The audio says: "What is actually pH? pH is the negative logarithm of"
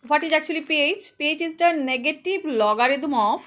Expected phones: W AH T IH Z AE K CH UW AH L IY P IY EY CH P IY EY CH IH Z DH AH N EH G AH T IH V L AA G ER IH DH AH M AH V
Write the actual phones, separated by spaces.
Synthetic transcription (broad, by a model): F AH T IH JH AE K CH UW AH L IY P IY EY CH P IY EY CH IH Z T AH N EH G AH T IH B L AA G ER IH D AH M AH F